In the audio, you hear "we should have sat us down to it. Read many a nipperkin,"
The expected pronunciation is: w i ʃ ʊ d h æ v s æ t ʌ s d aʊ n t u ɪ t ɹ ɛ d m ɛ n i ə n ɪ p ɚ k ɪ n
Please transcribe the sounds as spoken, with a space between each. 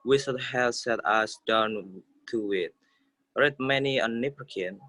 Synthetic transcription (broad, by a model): w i s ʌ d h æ s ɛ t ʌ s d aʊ n t u ɪ t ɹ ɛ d m ɛ n i ə n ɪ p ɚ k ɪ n